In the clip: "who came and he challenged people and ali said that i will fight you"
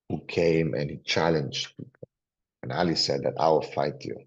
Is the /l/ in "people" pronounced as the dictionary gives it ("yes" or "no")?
no